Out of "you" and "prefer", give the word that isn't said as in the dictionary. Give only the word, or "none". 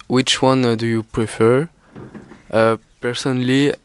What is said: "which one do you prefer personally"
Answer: none